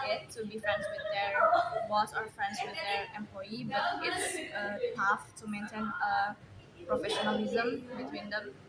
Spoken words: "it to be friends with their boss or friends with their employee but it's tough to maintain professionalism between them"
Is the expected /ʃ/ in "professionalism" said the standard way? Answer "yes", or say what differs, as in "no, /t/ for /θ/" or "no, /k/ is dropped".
yes